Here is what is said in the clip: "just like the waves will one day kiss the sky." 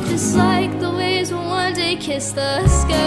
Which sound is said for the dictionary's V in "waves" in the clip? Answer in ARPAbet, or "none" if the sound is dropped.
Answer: none